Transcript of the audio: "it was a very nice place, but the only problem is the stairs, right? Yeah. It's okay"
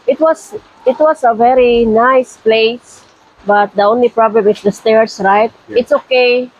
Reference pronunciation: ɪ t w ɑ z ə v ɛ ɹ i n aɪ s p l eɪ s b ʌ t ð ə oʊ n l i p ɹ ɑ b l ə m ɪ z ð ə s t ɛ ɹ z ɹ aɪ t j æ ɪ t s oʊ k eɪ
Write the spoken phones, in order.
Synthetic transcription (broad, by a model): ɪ t w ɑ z ə v ɛ ɹ i n aɪ s p l eɪ s b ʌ t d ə oʊ n l i p ɹ ɑ b l ə m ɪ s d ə s t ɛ ɹ s ɹ aɪ t ɪ t s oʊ k eɪ